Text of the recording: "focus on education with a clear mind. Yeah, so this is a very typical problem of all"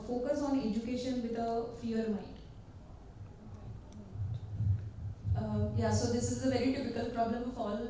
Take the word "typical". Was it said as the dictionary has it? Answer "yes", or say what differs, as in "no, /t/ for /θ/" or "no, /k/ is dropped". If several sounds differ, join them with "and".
no, /f/ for /p/